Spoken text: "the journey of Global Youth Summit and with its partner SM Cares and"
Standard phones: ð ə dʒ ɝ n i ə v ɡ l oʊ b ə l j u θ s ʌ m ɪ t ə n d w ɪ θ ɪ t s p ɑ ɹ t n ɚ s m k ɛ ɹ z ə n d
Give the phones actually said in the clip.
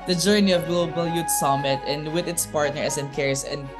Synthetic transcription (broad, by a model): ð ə dʒ ɝ n i ə v ɡ l oʊ b ə l j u t s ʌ m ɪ t ə n d w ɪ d ɪ t s p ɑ ɹ t n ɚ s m k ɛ ɹ s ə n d